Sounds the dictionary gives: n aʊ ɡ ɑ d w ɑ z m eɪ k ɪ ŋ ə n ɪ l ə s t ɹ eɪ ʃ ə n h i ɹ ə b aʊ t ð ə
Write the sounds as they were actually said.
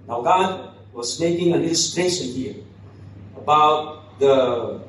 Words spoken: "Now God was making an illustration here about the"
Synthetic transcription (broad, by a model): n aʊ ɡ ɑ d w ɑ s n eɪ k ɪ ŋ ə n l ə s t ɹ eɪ s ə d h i ə b aʊ t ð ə